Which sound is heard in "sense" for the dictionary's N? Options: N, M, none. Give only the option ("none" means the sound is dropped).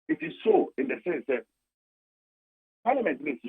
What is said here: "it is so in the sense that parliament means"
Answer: none